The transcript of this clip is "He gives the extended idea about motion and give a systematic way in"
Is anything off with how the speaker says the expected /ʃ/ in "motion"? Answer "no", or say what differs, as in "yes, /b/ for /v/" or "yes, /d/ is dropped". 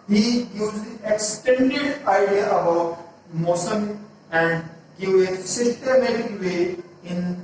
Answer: yes, /s/ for /ʃ/